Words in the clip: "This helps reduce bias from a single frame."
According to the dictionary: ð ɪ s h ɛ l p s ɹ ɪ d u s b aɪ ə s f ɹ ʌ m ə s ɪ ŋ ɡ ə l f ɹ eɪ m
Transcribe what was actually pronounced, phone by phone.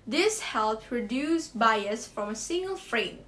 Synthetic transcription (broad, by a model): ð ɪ s h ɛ l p ɹ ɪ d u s b aɪ ə s f ɹ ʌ m ə s ɪ ŋ ɡ ə l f ɹ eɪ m